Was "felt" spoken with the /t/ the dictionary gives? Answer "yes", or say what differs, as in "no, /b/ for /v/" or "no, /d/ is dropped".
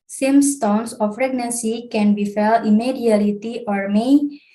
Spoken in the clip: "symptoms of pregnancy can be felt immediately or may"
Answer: no, /t/ is dropped